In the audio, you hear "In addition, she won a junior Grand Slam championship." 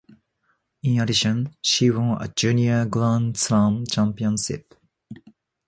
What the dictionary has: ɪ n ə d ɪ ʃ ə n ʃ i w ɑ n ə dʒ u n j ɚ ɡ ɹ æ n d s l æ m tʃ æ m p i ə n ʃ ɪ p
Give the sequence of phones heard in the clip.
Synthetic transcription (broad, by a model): ɪ n ə d ɪ ʃ ə n ʃ i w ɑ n ə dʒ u n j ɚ ɡ l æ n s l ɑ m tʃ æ m p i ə n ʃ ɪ p